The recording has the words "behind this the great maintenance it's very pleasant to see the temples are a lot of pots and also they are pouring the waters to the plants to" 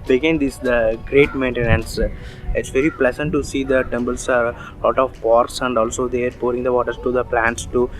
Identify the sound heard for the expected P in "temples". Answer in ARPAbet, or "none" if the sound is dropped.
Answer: B